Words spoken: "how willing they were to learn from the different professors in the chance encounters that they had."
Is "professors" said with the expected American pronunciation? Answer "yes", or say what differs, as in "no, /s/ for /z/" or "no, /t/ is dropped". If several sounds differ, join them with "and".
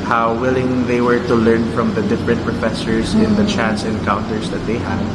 no, /s/ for /z/